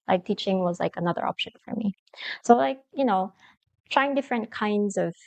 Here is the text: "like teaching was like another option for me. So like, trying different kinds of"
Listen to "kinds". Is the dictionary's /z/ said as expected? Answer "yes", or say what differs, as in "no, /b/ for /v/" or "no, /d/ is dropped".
yes